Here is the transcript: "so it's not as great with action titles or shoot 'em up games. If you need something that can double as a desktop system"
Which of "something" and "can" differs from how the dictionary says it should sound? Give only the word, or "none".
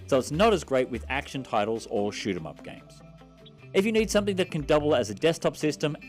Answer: none